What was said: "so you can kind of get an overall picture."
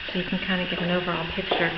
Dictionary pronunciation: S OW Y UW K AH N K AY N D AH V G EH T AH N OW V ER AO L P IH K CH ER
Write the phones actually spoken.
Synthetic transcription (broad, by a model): S OW Y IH K N K AY N D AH G EH T N OW V ER AO L P IH K CH ER